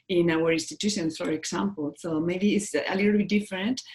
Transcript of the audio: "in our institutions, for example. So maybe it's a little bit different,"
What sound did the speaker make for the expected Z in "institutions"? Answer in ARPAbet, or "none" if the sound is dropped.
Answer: S